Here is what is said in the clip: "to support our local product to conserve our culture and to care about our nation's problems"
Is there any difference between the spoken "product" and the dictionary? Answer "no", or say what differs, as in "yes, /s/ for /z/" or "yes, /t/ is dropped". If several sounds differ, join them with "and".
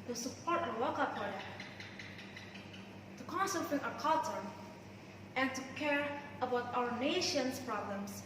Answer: yes, /ɹ/ is dropped